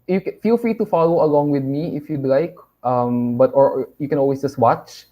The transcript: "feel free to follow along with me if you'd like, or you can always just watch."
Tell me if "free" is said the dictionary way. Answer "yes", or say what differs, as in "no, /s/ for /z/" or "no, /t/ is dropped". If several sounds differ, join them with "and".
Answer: yes